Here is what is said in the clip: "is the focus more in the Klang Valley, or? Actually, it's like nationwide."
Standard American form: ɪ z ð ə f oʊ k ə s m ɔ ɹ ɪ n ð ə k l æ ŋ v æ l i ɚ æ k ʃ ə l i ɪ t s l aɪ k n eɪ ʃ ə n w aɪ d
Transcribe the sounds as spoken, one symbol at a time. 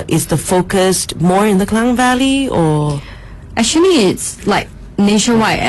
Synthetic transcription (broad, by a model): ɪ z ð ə f oʊ k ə s m ɔ ɹ ɪ n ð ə k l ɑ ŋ v æ l i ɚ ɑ ʃ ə n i ɪ t s l aɪ k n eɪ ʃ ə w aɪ